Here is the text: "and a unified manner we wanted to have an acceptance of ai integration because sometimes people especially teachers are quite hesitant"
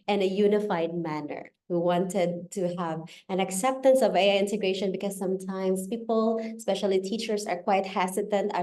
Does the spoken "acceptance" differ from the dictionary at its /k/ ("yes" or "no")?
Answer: no